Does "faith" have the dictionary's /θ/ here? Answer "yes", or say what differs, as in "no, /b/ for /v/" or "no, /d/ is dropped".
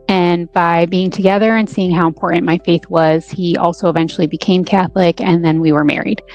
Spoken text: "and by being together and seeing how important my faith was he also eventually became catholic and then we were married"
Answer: yes